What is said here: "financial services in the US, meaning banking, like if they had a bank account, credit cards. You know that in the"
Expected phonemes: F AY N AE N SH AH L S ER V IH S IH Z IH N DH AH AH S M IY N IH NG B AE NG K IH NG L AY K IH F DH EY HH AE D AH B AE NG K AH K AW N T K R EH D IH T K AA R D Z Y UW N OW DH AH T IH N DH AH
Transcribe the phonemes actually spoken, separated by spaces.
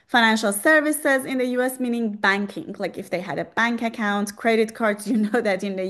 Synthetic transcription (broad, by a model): F AY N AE N SH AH L S ER V IH S IH Z IH N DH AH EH S M IY N IH NG B AE NG K IH NG L AY K IH F DH EY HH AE D AH B AE NG K AH K AW N T K R EH D IH T K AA R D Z Y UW N OW DH AH T IH N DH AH